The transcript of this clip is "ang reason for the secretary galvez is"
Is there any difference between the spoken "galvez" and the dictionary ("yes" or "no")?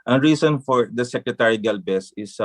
yes